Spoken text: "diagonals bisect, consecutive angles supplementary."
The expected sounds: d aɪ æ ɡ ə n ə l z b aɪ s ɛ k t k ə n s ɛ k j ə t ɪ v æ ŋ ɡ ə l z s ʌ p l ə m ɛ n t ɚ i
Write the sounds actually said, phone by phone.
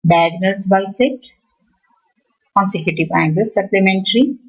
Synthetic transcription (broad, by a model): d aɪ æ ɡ n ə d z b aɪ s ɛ t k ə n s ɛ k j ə t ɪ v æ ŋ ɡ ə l s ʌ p l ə m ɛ n t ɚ i